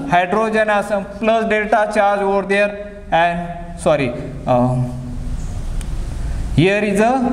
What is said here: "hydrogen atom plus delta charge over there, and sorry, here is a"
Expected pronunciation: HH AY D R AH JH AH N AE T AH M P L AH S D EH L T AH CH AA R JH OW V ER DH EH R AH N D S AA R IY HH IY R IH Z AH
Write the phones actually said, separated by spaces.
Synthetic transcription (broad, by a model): HH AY D R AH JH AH N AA S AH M P L AH S D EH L T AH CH AA R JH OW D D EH R AH N D S AA R IY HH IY R IH Z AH